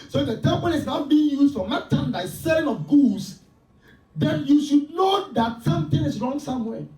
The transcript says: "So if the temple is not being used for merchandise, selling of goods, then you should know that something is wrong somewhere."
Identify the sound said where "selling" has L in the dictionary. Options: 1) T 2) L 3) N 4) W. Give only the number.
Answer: 3